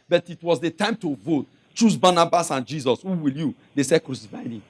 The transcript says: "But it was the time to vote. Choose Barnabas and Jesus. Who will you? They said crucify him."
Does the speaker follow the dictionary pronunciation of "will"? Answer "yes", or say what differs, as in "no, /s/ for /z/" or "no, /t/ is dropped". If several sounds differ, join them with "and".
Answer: yes